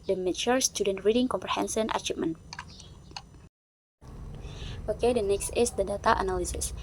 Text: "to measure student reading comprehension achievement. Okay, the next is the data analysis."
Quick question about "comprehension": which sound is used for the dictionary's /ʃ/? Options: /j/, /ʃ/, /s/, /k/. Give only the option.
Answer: /s/